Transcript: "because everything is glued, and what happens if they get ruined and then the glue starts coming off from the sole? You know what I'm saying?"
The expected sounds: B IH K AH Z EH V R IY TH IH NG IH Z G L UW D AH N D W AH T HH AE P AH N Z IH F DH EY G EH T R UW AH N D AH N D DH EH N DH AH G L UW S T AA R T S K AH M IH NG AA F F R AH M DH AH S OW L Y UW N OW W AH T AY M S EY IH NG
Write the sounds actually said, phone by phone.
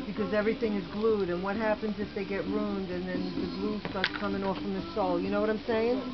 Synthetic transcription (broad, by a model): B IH K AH Z EH V R IY TH IH NG IH Z G L UW D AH N W AH T HH AE P AH N Z IH F DH EY G EH T R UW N D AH N DH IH N DH AH G L UW S T AA R T S K AH M IH NG AA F F R AH M DH AH S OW L Y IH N OW W AH T AY M S EY IH NG